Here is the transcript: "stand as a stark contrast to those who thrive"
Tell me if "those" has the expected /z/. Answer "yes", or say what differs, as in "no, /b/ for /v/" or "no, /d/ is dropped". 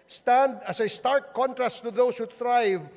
no, /s/ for /z/